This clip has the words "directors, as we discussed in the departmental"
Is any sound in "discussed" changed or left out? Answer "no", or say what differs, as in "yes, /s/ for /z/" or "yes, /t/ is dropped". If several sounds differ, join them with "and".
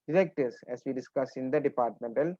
yes, /t/ is dropped